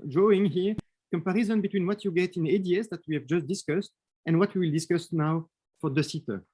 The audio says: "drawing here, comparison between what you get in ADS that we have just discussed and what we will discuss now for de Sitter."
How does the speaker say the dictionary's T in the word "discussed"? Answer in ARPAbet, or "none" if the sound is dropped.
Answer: T